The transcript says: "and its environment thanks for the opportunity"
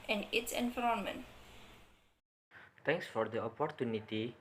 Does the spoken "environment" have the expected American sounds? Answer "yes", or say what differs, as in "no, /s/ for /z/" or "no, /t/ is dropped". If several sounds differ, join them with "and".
no, /f/ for /v/